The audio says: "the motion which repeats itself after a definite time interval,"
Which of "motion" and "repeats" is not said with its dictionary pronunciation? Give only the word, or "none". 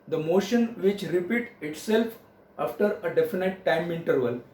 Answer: repeats